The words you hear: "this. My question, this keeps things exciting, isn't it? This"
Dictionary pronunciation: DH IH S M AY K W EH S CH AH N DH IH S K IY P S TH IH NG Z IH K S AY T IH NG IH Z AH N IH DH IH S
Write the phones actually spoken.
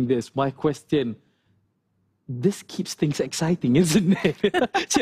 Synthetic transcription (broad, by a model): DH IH S M AY K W EH S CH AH N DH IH S K IY P S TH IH NG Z IH K S AY T IH NG IH Z AH N IH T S